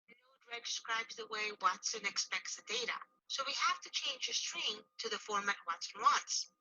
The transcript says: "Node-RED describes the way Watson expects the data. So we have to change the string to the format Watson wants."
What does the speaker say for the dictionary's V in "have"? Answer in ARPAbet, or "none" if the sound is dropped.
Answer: F